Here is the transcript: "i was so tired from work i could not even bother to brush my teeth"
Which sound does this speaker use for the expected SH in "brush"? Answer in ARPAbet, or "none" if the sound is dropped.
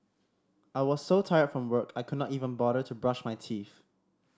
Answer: SH